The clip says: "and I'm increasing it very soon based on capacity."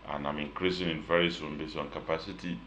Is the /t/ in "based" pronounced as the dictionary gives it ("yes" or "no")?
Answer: no